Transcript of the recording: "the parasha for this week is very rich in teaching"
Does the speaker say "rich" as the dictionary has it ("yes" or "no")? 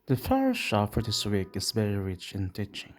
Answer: yes